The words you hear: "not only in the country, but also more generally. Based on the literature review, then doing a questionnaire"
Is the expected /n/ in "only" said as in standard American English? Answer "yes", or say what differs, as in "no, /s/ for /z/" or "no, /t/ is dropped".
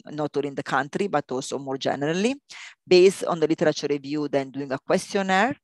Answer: no, /n/ is dropped